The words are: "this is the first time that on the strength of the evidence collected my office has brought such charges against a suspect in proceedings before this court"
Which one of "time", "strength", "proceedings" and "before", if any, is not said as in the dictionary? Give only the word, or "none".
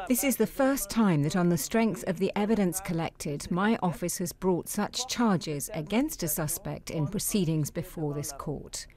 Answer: none